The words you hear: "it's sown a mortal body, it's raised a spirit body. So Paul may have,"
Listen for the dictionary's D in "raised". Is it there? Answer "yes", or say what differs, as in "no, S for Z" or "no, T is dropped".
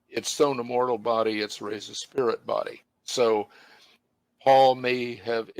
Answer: no, D is dropped